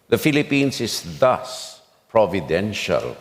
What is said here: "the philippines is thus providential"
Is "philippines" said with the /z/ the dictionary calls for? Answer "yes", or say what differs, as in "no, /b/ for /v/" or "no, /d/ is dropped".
no, /s/ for /z/